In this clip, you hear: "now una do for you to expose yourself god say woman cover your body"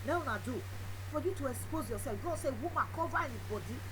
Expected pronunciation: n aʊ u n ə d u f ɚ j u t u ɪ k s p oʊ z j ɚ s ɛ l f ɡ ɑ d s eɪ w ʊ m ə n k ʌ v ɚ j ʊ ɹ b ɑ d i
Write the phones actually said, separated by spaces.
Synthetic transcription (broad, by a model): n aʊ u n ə d u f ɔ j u t u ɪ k s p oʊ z j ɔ s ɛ f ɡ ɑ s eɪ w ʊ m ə k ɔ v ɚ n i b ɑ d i